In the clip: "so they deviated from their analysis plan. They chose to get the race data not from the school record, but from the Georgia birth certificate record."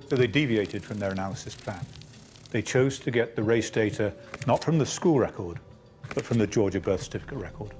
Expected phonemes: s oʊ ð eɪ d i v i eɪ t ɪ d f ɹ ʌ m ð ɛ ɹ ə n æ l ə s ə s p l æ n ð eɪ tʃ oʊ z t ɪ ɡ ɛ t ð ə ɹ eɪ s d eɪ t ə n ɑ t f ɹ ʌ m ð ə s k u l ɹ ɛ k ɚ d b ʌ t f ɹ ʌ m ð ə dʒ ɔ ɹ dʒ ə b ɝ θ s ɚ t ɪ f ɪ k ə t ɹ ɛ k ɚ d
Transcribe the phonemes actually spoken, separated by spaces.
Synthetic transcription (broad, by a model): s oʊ ð eɪ d i v i eɪ t ɪ d f ɹ ʌ m ð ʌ ɹ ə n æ l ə s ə s p l æ n ð eɪ tʃ oʊ z t ɪ ɡ ɛ t ð ə ɹ eɪ s d eɪ t ə n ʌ t f ɹ ʌ m ð ə s k u l ɹ ɛ k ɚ d b ʌ t f ɹ ʌ m ð ə dʒ ɔ ɹ dʒ ə b ɝ θ s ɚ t ɪ f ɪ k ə t ɹ ɛ k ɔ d